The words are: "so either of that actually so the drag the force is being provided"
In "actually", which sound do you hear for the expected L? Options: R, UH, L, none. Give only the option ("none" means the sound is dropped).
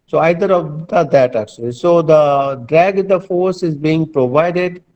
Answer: L